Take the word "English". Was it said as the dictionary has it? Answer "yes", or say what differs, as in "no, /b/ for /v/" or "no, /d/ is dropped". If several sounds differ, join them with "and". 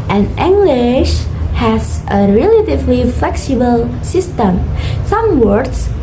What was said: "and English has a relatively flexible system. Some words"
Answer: yes